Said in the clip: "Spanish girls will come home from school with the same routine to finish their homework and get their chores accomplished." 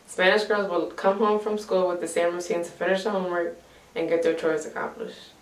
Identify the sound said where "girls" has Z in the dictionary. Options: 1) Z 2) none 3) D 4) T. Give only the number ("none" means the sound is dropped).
1